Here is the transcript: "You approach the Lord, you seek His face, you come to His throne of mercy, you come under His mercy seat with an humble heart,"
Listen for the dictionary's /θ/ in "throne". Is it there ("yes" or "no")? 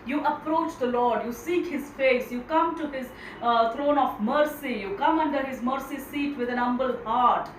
no